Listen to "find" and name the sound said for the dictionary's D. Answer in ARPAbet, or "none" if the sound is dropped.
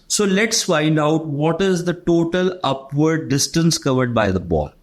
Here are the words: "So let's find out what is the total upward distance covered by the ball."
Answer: D